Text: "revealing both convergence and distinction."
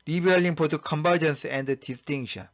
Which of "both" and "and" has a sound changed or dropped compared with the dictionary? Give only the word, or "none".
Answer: both